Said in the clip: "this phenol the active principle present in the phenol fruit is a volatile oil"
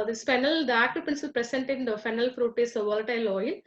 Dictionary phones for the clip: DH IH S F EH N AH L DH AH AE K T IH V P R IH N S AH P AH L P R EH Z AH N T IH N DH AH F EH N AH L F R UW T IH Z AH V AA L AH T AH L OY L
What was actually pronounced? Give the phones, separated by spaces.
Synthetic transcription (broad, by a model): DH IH S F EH N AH L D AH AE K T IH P IH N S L P R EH S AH N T IH N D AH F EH N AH L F R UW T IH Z AH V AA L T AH L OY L